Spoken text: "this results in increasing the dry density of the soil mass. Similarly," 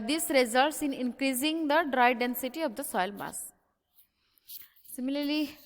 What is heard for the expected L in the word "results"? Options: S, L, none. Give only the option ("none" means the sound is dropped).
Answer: L